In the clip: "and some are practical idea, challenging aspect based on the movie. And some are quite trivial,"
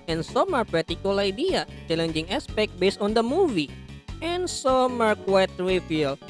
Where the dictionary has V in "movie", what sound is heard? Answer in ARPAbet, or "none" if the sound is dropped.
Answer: V